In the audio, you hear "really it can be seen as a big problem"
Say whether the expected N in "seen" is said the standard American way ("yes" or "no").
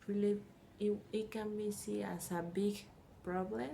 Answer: no